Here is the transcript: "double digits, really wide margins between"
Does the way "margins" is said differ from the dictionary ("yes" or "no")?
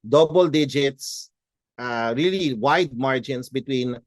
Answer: yes